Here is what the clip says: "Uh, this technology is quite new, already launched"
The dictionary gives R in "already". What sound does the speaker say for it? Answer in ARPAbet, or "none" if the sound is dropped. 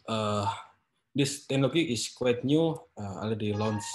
none